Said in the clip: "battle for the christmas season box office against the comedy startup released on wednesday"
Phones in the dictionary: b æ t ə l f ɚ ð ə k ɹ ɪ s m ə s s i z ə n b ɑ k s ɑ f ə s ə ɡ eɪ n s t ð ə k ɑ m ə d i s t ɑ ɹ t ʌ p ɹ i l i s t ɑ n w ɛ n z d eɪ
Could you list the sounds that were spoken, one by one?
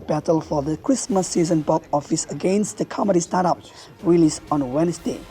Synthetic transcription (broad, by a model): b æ t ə l f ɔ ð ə k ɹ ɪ s m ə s s i z ə n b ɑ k ɑ f ə s ə ɡ eɪ n s t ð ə k ɑ m ə d i s t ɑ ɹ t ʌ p ɹ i l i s ɑ n w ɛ n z d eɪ